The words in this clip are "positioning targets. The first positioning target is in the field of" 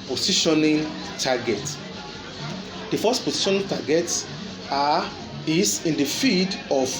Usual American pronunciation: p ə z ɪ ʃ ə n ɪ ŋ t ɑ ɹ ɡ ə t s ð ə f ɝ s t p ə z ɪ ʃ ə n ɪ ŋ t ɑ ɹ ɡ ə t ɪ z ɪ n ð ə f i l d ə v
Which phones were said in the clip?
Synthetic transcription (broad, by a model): p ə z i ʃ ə n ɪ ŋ t ɑ ɡ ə t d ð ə f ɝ s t p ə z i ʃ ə n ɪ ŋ t ɑ ɡ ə t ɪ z ɪ n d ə f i d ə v